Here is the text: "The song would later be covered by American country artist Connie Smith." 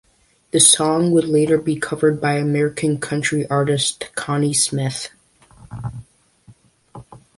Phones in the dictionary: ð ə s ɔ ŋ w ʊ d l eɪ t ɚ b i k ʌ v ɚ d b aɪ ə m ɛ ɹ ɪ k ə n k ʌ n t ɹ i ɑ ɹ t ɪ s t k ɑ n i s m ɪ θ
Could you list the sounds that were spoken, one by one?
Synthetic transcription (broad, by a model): ð ə s ɔ ŋ w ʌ d l eɪ t ɚ b i k ʌ v ɚ d b aɪ ə m ɛ ɹ ɪ k ə n k ʌ n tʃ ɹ i ɑ ɹ t ɪ s t k ɑ n i s m ɪ θ